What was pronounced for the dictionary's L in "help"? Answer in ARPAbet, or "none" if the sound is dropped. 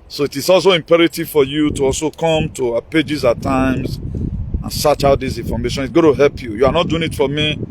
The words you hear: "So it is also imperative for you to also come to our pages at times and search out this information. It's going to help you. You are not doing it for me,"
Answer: L